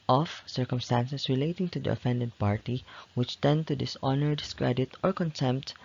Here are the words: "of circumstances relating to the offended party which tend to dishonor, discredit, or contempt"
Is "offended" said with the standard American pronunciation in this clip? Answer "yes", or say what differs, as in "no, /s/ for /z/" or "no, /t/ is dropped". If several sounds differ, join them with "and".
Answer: yes